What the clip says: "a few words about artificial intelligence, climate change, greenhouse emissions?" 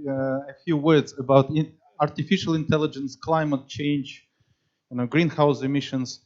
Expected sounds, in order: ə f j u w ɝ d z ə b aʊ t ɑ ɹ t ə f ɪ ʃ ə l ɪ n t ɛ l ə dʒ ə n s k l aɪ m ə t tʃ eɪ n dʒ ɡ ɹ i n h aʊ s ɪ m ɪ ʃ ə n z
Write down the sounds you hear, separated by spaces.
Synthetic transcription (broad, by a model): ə f j u w ɝ d z ə b aʊ t ɑ ɹ t ə f ɪ ʃ ə l ɪ n t ɛ l ə dʒ ə n s k l aɪ m ə t tʃ eɪ n dʒ ɡ ɹ i n h aʊ s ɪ m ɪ ʃ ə n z